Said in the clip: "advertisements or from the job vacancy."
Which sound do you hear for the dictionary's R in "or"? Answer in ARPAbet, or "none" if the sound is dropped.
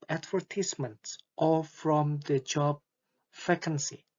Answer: L